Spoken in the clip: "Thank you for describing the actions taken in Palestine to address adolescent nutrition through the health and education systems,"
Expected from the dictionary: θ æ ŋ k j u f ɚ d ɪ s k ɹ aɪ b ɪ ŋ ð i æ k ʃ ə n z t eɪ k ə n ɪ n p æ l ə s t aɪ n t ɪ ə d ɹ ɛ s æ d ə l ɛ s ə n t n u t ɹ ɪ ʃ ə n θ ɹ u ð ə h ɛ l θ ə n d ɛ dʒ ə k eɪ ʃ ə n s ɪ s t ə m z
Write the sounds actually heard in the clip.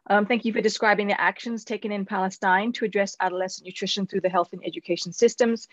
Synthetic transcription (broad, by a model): θ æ ŋ k j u f ɚ d ɪ s k ɹ aɪ b ɪ ŋ ð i æ k ʃ ə n z t eɪ k ə n ɪ n p æ l ə s t aɪ n t ɪ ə d ɹ ɛ s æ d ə l ɛ s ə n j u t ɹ ɪ ʃ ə n θ ɹ u ð ə h ɛ l θ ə n ɛ dʒ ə k eɪ ʃ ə n s ɪ s t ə m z